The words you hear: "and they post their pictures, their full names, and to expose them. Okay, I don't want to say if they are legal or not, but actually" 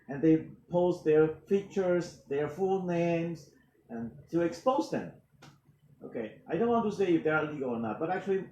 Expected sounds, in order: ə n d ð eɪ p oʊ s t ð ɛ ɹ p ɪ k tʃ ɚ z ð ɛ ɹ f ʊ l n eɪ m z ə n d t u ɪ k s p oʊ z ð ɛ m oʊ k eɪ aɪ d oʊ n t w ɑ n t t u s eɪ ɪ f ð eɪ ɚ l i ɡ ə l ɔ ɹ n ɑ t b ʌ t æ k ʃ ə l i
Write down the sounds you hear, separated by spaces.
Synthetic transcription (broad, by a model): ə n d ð eɪ p oʊ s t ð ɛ ɹ f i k tʃ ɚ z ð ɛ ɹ f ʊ l n eɪ m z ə n t u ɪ k s p oʊ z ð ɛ m oʊ k eɪ aɪ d oʊ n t w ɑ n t t u s eɪ ɪ f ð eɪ ɚ l i ɡ ə l ɔ ɹ n ɑ t b ʌ t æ k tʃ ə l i